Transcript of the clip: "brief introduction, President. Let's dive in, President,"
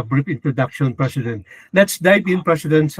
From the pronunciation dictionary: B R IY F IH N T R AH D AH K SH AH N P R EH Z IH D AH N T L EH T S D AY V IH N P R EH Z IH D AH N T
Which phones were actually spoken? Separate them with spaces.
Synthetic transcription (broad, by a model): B R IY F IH N T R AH D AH K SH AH N P R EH S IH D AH N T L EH T S D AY B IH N P R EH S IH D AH N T